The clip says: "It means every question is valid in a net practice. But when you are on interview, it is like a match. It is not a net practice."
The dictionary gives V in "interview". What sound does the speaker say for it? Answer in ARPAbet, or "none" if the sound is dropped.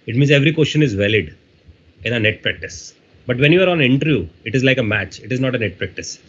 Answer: none